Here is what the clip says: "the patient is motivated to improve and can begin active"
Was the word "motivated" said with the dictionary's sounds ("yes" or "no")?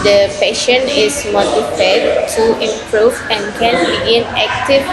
no